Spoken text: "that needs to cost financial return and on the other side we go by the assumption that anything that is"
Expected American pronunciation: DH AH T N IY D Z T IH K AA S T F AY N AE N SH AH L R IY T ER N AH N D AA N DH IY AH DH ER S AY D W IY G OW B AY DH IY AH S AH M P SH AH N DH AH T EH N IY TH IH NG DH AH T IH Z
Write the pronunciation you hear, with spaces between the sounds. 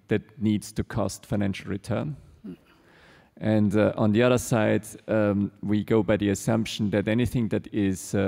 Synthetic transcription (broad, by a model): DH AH T N IY D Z T IH K AA S T F AY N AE N SH L R IY T ER N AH N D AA N DH IY AH DH ER S AY D W IY G OW B AY DH IY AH S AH M P SH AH N DH AH T EH N IY TH IH NG DH AH T IH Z